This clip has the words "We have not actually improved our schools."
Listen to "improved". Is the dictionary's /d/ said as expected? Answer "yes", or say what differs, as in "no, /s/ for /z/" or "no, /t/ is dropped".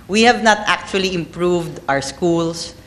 yes